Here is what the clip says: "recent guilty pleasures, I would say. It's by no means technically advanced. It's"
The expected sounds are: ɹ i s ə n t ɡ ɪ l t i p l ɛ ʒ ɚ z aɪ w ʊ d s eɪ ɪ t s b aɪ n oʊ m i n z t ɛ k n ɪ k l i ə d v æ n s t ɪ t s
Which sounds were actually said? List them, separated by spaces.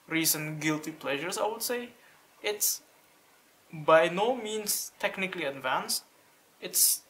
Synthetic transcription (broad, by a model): ɹ i s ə n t ɡ ɪ l t i p l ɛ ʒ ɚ s aɪ w ʊ d s eɪ ɪ t s b aɪ n oʊ m i n s t ɛ k n ɪ k l i ə d v æ n s t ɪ t s